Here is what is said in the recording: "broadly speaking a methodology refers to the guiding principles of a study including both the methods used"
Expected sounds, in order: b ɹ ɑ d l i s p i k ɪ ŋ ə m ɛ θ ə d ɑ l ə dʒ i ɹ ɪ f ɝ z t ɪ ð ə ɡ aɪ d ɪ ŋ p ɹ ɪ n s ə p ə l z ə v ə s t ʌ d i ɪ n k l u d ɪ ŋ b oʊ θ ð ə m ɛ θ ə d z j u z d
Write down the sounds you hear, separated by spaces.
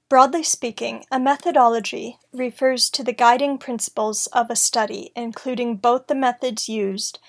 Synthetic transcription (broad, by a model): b ɹ ɑ d l i s p i k ɪ ŋ ə m ɛ θ ə d ɑ l ə dʒ i ɹ ɪ f ɝ z t ɪ ð ə ɡ aɪ d ɪ ŋ p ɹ ɪ n s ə p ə l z ə v ə s t ʌ d i ɪ n k l u d ɪ ŋ b oʊ θ ð ə m ɛ θ ə d z j u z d